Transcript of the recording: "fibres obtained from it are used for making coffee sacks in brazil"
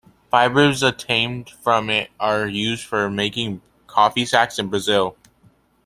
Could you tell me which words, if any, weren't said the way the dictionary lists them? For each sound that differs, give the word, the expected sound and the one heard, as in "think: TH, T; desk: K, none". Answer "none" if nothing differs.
obtained: B, none